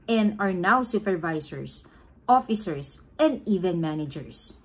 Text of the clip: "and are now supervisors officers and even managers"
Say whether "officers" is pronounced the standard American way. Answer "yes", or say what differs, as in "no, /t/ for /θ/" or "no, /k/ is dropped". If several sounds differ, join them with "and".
no, /s/ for /z/